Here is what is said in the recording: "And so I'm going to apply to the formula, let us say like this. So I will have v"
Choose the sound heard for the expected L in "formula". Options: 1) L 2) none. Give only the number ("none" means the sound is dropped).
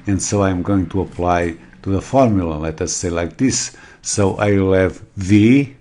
1